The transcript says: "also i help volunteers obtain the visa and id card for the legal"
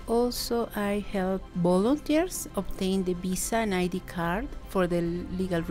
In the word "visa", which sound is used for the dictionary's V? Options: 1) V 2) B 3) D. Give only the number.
2